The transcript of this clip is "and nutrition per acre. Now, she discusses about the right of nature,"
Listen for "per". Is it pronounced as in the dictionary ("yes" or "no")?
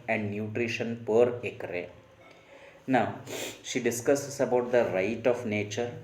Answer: yes